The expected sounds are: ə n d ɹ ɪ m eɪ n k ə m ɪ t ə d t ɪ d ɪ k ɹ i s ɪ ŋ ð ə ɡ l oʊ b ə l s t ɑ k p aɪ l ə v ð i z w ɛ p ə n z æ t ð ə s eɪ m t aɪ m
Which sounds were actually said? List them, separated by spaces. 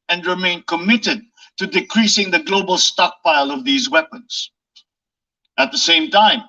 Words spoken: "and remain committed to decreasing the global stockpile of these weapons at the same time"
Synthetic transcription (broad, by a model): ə n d ɹ ɪ m eɪ n k ə m ɪ t ə d t ɪ d ɪ k ɹ i s ɪ ŋ ð ə ɡ l oʊ b ə l s t ɑ k p aɪ l ə v ð i z w ɛ p ə n z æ t ð ə s eɪ m t aɪ m